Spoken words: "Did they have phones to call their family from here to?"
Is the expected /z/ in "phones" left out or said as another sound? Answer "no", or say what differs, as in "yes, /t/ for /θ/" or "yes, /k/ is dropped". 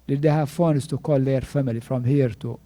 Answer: yes, /s/ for /z/